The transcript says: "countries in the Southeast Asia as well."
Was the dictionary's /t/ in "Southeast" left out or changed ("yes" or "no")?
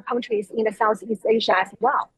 no